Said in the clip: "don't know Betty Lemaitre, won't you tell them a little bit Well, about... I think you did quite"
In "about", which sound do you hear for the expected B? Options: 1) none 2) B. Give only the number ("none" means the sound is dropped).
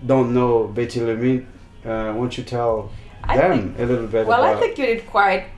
1